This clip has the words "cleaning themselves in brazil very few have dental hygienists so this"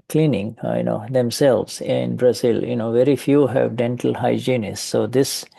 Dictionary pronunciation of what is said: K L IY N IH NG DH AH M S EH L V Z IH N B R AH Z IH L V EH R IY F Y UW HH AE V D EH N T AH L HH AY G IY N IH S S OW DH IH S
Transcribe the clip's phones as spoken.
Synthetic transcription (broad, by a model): K L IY N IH NG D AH M S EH L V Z IH N B R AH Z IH L V EH R IY F Y UW HH AE V D EH N T AH L HH AY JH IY N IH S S OW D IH S